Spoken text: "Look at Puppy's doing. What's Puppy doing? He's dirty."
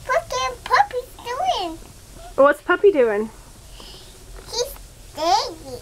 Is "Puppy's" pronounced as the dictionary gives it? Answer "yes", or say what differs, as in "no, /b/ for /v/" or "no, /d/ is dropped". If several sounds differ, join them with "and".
no, /z/ is dropped